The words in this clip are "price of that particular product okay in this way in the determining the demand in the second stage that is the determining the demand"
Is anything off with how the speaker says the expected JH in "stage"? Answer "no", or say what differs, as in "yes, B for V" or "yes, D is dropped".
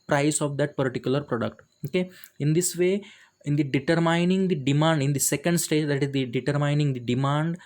no